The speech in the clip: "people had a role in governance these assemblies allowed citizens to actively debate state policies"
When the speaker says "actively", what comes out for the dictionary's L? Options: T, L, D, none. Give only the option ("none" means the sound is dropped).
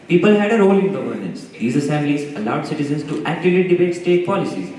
none